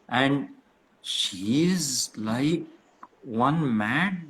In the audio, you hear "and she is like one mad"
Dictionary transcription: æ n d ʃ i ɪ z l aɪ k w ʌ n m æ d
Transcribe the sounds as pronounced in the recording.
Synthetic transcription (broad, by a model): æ n d ʃ i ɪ z l aɪ k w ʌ n m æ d